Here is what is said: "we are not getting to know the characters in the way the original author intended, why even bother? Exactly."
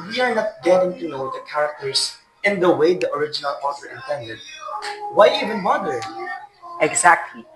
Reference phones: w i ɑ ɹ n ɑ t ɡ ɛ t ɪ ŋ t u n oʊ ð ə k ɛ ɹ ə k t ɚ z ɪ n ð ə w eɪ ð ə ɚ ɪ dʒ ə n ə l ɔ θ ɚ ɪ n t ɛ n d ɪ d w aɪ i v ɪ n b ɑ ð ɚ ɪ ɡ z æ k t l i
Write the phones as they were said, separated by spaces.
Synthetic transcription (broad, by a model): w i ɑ ɹ n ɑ t ɡ ɛ t ɪ ŋ t u n oʊ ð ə k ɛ ɹ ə k t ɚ s ɪ n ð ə w eɪ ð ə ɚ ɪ dʒ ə n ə l ɔ f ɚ ɪ n t ɛ n d ɪ d w aɪ i v ɪ n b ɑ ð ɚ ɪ ɡ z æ k t l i